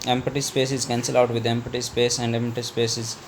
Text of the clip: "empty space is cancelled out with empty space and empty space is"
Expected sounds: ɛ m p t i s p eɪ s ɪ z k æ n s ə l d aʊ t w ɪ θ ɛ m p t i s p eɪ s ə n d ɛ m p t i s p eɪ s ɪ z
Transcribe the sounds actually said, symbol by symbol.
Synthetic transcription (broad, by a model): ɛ m p t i s p eɪ s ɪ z k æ n s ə l aʊ t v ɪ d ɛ m p t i s p eɪ s ə n d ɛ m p t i s p eɪ s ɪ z